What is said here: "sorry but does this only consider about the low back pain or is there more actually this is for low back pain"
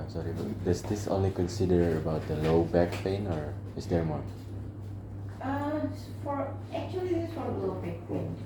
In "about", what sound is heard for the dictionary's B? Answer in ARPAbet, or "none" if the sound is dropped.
B